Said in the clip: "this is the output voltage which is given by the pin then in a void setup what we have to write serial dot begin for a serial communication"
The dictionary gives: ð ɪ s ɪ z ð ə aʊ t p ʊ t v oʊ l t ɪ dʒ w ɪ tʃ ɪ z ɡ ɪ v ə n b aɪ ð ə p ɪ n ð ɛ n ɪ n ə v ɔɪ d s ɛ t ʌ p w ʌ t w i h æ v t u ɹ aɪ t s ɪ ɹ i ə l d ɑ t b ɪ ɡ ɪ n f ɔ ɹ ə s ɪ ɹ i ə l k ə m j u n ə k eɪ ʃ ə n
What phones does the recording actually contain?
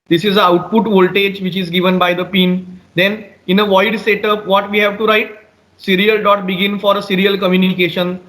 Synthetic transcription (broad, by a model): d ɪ s ɪ z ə aʊ t p ʊ t v oʊ l t ɪ dʒ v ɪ tʃ ɪ z ɡ ɪ v ə n b aɪ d ə p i n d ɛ n ɪ n ə v ɔɪ d s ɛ t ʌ p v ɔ t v i h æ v t u ɹ aɪ t s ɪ ɹ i ə l d ɑ t b ɪ ɡ ɪ n f ɔ ɹ ə s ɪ ɹ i ə l k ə m j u n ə k eɪ ʃ ə n